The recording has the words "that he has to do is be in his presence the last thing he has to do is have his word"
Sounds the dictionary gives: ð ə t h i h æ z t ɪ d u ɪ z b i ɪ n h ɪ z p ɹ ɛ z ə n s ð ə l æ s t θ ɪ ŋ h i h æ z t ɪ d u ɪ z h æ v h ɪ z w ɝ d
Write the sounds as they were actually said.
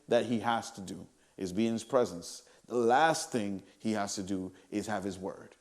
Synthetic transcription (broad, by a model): ð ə t h i h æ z t ɪ d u ɪ z b i ɪ n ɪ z p ɹ ɛ z ə n s ð ə l æ s t θ ɪ ŋ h i h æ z t ɪ d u ɪ z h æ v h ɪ z w ɝ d